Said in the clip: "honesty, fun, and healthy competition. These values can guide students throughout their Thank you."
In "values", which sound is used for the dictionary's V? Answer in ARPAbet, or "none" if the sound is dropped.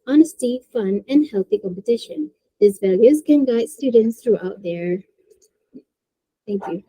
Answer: V